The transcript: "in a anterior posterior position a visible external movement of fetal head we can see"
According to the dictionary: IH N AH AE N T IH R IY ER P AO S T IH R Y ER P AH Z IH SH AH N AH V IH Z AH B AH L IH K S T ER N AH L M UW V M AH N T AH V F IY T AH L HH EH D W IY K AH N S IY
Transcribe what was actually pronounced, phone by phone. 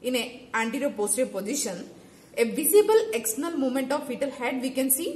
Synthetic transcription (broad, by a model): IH N AH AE N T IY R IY P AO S T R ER P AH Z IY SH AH N AH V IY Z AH B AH L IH K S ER N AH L M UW M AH N T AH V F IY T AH L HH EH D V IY K AH N S IY